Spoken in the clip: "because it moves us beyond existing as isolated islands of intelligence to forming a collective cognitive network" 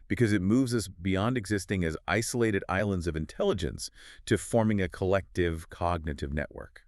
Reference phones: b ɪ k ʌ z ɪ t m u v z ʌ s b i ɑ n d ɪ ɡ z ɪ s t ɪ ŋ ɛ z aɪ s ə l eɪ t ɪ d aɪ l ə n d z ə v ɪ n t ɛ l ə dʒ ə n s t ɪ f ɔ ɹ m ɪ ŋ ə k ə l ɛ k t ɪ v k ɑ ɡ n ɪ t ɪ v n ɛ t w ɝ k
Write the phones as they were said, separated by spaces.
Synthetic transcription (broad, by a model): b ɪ k ʌ z ɪ t m u v z ʌ s b i ɑ n d ɪ ɡ z ɪ s t ɪ ŋ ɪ z aɪ s ə l eɪ t ɪ d aɪ l ə n d z ə v ɪ n t ɛ l ə dʒ ə n s t ɪ f ɔ ɹ m ɪ ŋ ə k ə l ɛ k t ɪ v k ɑ ɡ n ɪ t ɪ v n ɛ t w ɝ k